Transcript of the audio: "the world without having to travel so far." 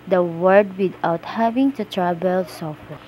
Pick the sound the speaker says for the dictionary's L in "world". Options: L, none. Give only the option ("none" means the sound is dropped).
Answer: none